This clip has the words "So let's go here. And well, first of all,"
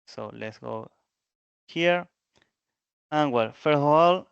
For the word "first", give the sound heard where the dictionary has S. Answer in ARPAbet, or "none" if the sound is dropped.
none